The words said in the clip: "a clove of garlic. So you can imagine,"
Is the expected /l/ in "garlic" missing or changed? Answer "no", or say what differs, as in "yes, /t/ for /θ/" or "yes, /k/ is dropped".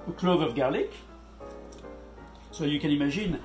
no